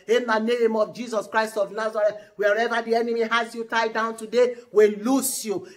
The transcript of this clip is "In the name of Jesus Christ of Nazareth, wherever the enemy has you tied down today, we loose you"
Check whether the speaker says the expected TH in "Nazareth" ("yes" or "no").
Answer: no